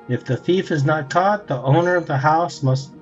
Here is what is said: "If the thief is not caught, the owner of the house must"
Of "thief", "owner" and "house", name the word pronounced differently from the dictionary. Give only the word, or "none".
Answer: none